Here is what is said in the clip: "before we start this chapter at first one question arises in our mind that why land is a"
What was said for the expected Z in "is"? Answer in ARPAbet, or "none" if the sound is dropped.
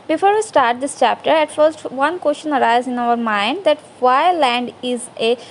Z